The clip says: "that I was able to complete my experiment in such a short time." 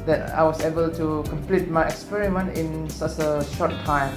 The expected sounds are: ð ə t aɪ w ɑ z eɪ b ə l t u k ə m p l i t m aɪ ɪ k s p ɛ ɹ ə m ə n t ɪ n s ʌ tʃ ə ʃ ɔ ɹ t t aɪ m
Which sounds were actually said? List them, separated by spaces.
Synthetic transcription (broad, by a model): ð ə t aɪ w ɑ s eɪ b ə l t u k ə m p l i t m aɪ ɪ k s p ɛ ɹ ə m ə n t ɪ n s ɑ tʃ ə ʃ ɔ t t aɪ m